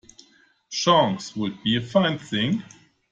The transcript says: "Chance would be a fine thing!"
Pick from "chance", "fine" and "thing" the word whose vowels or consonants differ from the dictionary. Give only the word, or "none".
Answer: chance